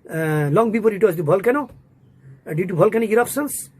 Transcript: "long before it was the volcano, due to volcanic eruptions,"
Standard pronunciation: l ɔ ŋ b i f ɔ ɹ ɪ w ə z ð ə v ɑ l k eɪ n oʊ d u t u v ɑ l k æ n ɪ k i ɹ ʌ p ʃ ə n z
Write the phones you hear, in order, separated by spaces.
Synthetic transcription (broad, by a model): l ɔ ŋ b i p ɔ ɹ ɪ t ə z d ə b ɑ l k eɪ n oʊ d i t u b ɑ l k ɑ n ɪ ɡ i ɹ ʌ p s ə n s